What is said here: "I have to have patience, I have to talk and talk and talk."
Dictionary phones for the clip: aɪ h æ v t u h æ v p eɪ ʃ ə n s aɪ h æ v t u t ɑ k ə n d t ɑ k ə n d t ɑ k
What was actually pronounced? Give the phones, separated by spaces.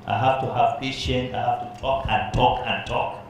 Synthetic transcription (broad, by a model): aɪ h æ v t u h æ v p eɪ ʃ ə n aɪ h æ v t u t ɑ k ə n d t ɑ k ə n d t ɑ k